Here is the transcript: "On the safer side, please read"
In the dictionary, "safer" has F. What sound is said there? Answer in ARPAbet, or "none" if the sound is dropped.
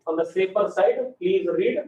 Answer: P